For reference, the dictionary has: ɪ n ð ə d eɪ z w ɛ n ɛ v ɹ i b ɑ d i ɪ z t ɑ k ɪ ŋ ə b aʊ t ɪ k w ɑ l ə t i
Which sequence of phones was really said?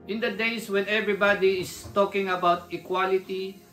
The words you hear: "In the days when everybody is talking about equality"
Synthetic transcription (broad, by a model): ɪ n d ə d eɪ s w ɛ n ɛ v ɹ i b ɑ d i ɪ s t ɑ k ɪ ŋ ə b aʊ t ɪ k w ɑ l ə t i